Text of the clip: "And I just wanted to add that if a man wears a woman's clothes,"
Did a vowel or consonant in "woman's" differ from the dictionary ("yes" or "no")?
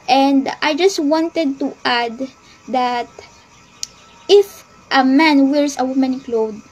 yes